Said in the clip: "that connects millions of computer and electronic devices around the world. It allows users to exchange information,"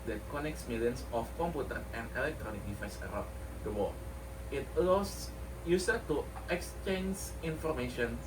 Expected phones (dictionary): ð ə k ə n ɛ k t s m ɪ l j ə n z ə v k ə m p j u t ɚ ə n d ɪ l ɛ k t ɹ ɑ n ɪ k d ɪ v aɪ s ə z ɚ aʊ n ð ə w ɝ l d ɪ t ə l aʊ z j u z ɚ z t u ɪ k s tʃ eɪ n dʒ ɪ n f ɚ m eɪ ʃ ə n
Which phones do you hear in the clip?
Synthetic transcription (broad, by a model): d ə k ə n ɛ k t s m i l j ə n s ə f k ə m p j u t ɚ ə n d ɪ l ɛ k t ɹ ɑ n ɪ k d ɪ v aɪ s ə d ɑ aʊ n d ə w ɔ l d ɪ t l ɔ s j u s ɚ t u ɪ k s tʃ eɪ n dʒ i n f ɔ m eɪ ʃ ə n